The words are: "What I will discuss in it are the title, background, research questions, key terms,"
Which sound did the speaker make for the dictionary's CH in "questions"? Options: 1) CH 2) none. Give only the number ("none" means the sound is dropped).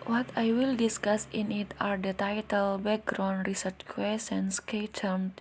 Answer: 2